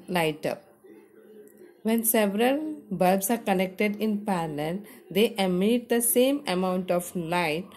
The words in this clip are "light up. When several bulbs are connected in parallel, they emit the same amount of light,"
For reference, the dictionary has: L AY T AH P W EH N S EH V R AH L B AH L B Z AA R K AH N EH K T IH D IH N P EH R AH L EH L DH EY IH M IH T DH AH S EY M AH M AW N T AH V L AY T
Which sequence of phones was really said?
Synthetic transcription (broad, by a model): L AY T AH P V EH N S EH V R AH L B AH B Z AA R K AH N EH K T IH D IH N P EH L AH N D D EY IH M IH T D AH S EY M AH M AW N T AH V L AY T